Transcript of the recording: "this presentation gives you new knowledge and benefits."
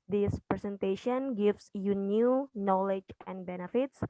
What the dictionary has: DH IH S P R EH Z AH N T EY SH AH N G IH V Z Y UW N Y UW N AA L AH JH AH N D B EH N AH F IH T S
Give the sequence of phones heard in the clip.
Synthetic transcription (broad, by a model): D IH S P R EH S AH N T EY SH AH N G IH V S Y UW N Y UW N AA L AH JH AH N D B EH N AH F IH T S